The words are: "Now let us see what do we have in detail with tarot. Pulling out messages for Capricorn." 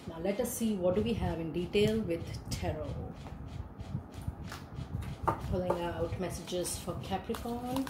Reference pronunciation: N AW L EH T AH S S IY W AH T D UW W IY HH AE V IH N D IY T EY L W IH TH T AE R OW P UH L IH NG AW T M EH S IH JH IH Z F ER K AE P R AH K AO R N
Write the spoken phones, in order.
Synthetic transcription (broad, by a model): N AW L EH T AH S S IY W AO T D UW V IY HH AE V IH N D IY T EY L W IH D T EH R OW F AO L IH NG AW T M EH S IH JH IH Z F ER K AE P R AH K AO N